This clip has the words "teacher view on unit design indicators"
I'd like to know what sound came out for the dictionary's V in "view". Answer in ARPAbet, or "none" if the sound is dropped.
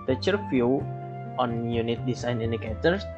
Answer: F